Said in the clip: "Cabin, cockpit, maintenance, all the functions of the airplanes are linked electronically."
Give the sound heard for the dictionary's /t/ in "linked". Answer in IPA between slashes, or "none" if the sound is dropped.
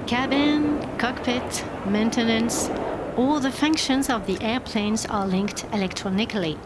/t/